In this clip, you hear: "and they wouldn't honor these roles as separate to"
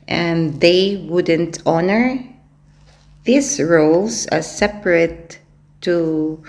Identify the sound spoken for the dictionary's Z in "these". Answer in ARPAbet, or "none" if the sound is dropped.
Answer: S